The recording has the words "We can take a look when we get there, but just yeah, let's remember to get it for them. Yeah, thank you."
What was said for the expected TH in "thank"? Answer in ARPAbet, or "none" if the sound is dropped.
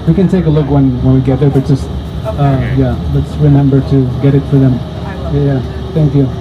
TH